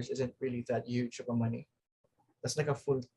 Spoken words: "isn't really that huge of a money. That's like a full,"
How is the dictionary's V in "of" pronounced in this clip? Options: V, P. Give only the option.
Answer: P